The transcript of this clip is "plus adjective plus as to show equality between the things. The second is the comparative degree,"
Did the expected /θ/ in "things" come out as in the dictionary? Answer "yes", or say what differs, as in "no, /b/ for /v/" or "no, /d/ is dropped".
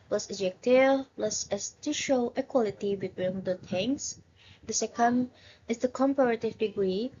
no, /t/ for /θ/